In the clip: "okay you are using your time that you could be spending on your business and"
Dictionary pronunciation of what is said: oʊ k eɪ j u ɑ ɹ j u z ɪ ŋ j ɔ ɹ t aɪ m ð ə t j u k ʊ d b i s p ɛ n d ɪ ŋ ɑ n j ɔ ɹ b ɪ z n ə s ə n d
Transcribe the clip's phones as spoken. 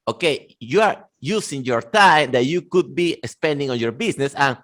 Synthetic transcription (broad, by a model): oʊ k eɪ j u ɑ ɹ j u s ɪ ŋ j ɔ ɹ t aɪ m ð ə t j u k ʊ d b i s p ɛ n d ɪ ŋ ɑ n j ɔ ɹ b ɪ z n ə s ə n